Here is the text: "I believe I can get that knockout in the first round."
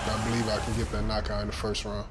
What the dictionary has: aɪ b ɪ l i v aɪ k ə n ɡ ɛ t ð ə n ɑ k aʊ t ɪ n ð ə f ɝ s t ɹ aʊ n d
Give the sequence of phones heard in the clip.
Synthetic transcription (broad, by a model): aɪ b ɪ l i v aɪ k ə n ɡ ɛ t ð ə n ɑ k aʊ ɪ n ð ə f ɝ s t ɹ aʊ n